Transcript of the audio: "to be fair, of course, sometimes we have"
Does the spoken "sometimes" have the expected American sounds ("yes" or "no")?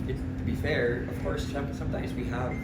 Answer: yes